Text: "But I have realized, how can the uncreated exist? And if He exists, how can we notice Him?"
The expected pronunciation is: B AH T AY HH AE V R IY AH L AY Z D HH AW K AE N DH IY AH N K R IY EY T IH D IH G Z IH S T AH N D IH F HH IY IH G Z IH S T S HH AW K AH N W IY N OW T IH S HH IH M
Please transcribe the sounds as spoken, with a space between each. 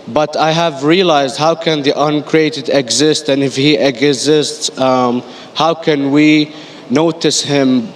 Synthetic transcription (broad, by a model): B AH T AY HH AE V R IY AH L AY Z D HH AW K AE N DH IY AH N K R IY EY T IH D IH G Z IH S T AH N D IH F HH IY IH G Z IH S T S HH AW K AH N W IY N OW T IH S HH IH M